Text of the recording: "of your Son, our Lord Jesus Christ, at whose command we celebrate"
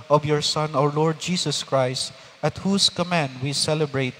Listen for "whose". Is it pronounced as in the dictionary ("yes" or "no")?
no